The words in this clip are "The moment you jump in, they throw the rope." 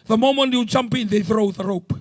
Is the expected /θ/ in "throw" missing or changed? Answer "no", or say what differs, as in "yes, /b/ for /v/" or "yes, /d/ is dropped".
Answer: no